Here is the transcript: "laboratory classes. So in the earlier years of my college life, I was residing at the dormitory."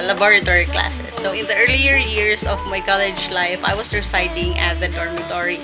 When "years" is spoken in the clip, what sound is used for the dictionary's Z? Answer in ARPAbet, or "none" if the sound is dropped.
S